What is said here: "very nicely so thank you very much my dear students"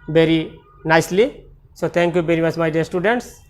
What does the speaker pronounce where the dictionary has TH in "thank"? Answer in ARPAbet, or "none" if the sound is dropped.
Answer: T